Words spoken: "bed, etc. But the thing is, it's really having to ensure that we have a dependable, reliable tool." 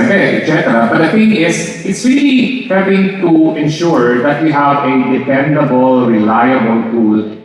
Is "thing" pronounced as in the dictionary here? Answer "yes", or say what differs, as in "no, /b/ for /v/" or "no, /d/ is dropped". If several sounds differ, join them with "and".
no, /f/ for /θ/